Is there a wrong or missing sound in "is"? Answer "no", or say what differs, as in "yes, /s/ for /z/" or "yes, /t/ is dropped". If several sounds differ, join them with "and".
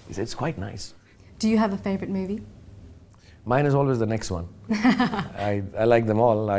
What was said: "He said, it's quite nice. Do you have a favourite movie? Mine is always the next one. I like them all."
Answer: no